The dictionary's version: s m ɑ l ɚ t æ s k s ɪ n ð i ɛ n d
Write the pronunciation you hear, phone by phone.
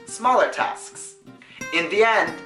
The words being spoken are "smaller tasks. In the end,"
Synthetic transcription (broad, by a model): s m ɑ l ɚ t æ s k s ɪ n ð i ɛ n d